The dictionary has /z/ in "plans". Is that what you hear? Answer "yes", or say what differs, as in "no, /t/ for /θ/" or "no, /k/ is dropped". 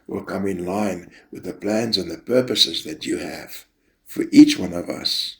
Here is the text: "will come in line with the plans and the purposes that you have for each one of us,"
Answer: yes